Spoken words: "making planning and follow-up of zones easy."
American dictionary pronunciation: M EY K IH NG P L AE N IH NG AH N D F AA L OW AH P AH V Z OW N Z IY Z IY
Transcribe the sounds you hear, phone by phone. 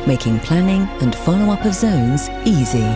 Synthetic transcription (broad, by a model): M EY K IH NG P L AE N IH NG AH N F AA L OW AH P AH V Z OW N Z IY Z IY